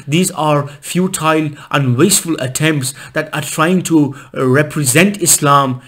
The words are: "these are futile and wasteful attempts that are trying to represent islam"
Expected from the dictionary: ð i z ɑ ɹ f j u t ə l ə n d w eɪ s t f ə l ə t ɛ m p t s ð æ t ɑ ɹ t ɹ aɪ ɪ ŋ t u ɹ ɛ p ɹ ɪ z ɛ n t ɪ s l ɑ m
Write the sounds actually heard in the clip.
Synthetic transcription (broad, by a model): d i z ɑ ɹ f j u t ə l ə n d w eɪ s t f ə l ə t ɛ m p t s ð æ t ɑ ɹ t ɹ aɪ ɪ ŋ t u ɹ ɛ p ɹ ɪ z ɛ n t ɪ s l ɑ m